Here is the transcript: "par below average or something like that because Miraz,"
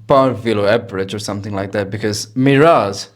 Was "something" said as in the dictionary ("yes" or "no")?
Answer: yes